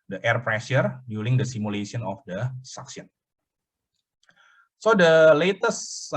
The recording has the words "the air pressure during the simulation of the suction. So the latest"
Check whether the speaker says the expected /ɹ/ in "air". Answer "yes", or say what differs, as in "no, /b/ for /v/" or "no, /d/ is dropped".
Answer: yes